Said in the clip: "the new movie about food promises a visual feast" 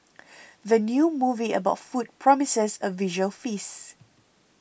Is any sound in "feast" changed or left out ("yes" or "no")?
yes